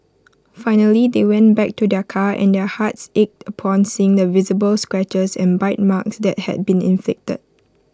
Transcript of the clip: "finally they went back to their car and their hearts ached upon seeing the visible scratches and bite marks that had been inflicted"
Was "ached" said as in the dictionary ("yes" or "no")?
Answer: yes